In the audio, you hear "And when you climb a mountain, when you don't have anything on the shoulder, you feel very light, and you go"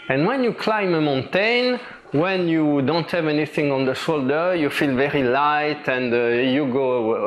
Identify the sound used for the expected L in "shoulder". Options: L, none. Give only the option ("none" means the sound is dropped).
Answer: L